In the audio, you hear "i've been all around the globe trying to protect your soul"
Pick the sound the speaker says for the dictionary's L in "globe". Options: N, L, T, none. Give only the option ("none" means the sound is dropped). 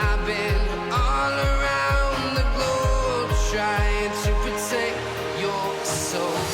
none